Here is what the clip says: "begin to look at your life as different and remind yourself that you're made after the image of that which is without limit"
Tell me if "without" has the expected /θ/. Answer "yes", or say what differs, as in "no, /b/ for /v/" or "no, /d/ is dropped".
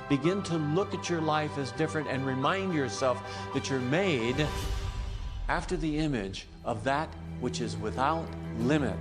yes